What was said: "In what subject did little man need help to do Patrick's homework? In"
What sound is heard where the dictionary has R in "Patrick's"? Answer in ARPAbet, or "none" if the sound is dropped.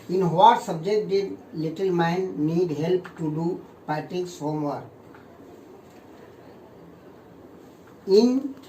none